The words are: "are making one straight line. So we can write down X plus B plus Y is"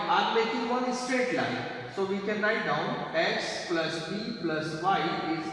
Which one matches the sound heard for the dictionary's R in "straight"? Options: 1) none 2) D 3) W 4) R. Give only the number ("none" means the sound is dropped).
4